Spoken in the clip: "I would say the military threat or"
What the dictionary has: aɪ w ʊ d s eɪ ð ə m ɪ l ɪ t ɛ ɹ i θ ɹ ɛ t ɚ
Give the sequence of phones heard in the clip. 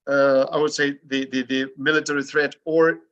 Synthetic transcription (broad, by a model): aɪ w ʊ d s eɪ ð ə m ɪ l ɪ t ɛ ɹ i θ ɹ ɛ t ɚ